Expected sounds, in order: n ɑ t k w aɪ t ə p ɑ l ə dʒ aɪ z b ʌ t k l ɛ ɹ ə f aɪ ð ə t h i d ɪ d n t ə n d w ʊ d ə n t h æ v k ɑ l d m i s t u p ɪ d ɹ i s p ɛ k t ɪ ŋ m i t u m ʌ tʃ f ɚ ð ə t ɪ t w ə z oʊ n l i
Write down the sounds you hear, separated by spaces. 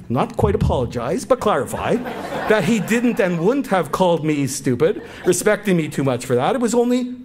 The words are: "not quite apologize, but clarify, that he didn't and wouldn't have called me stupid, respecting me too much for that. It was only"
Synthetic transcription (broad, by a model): n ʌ t k w aɪ t ə p ɑ l ə dʒ aɪ z b ʌ t k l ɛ ɹ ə f aɪ ð ə t h i d ɪ d n t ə n w ʊ d n t h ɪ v k ɑ l d m i s t u p ɪ d ɹ i s p ɛ k t ɪ ŋ m i t u m ʌ tʃ f ɚ ð ə t ɪ t w ə z oʊ n l i